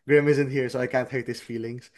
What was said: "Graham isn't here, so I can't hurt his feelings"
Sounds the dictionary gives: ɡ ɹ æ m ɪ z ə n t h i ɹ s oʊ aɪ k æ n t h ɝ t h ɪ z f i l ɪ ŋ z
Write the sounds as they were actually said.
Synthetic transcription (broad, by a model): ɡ ɹ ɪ m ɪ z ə n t h i ɹ s oʊ aɪ k æ n t h ɝ t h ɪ s f i l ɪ ŋ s